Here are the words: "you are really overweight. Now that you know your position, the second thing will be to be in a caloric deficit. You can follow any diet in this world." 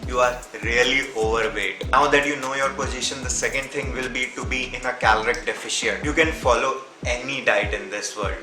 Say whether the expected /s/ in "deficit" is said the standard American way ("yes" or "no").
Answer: no